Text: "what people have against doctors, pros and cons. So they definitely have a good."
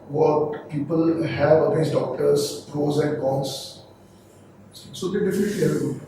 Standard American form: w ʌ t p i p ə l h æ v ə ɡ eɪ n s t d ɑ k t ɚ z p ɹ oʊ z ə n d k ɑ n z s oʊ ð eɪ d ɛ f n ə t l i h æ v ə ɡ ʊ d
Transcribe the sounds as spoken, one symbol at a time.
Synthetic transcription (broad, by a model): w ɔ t p i p ə l h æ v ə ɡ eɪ s d ɑ k t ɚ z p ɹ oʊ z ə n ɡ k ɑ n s s oʊ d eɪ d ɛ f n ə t l i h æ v ə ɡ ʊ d